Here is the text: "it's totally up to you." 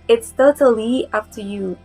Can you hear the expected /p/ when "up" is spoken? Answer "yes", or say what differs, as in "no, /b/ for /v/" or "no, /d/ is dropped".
no, /f/ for /p/